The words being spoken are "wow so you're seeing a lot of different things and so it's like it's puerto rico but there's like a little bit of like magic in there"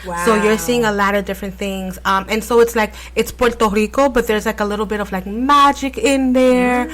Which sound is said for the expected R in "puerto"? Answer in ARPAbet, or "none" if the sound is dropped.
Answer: R